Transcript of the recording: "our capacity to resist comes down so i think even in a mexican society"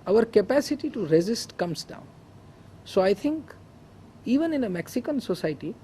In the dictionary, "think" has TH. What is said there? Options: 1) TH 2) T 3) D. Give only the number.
2